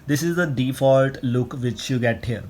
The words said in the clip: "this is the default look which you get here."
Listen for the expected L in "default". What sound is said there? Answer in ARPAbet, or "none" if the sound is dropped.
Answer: L